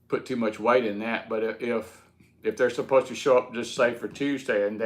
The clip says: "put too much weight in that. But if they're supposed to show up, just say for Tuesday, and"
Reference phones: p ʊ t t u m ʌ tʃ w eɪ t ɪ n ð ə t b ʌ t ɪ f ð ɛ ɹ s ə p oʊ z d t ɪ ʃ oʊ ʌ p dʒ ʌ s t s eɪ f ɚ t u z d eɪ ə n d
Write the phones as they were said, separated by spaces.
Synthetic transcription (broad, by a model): p ʊ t t u m ʌ tʃ w eɪ t ɪ n ð ə t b ʌ t ɪ f ð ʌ ɹ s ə p oʊ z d t ɪ ʃ oʊ ʌ p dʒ ʌ s t s eɪ f ɚ t u z d eɪ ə n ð